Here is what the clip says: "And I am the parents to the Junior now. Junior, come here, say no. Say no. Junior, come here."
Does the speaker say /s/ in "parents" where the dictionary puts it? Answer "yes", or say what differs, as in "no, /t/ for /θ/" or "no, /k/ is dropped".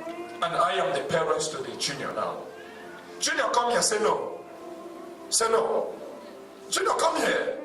yes